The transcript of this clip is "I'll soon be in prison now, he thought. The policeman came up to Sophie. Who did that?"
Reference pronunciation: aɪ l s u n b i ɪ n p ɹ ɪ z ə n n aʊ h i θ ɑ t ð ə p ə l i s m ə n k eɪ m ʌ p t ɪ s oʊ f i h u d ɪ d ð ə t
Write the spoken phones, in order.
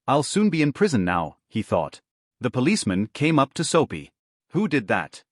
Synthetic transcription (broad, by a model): aɪ l s u n b i ɪ n p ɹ ɪ z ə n n aʊ h i θ ɑ t ð ə p ə l i s m ə n k eɪ m ʌ p t ɪ s oʊ p i h u d ɪ d ð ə t